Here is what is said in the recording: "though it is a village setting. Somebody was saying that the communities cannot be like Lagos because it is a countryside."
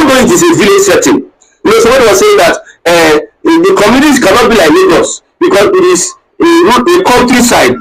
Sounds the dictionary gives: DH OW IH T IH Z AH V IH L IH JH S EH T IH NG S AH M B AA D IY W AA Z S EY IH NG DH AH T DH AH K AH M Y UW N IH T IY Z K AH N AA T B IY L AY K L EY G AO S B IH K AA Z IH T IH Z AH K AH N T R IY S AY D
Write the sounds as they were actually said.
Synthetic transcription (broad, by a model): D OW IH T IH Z AH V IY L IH S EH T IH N S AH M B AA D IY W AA S EY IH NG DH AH T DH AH K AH M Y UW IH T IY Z K AH N AA T B IY L AY K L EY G AO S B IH K AA S IH T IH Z AH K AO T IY S AY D